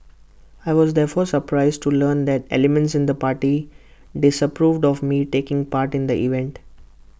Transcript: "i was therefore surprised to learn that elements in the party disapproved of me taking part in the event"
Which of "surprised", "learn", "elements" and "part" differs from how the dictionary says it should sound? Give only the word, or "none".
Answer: none